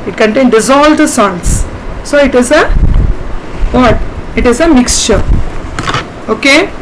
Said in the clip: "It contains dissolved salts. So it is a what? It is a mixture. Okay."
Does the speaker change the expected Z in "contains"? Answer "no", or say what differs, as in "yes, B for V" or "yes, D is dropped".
yes, Z is dropped